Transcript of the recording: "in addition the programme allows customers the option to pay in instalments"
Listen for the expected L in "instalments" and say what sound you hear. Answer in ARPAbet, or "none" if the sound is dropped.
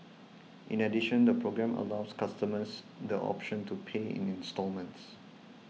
L